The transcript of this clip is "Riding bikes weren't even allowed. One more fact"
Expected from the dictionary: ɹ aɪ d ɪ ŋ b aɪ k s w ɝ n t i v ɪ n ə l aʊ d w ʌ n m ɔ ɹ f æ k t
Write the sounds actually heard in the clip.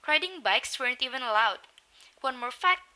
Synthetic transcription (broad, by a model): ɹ aɪ d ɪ ŋ b aɪ k s w ɝ n t i v ɪ n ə l aʊ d w ʌ n m ɔ ɹ f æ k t